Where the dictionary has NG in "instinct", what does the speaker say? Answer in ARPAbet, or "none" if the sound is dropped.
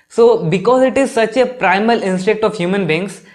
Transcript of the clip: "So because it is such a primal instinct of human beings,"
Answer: none